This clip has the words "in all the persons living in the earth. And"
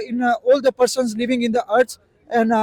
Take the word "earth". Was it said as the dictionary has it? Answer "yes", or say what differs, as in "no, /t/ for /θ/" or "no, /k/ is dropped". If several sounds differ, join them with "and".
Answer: no, /s/ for /θ/